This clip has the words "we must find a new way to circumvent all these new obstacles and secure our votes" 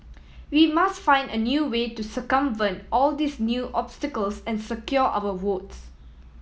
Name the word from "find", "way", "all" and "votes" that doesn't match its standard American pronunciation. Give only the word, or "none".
votes